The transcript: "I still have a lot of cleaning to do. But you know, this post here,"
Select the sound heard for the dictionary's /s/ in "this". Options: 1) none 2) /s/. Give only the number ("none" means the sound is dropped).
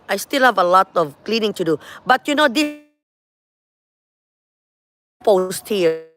1